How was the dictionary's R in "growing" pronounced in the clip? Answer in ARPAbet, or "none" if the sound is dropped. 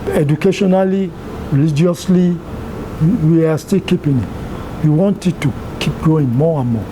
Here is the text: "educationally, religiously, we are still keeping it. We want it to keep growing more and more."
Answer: none